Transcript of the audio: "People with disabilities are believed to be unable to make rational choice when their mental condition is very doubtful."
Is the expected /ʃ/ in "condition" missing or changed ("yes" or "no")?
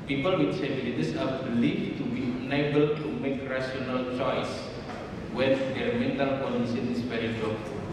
yes